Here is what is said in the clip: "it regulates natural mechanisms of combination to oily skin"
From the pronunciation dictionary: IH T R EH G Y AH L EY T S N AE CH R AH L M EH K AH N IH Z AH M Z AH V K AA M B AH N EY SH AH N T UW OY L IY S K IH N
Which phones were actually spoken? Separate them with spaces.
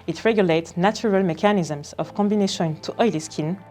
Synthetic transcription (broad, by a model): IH T R EH G Y AH L EY T S N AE CH R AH L M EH K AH N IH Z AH M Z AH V K AA M B AH N EY SH AH N T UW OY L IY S K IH N